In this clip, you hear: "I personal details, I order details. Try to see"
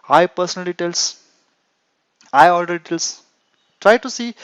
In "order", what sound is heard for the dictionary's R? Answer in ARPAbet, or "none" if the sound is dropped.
L